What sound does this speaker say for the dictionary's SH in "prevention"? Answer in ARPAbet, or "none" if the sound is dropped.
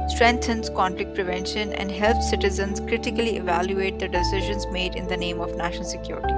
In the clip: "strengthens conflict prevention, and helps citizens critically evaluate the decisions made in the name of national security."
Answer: SH